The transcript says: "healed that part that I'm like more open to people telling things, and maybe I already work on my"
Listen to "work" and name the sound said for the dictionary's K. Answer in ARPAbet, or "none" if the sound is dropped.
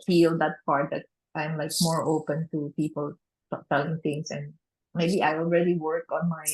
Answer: K